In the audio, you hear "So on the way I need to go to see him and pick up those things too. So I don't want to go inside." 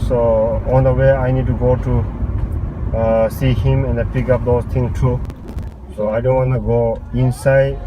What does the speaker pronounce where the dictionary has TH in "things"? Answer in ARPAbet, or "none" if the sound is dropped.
T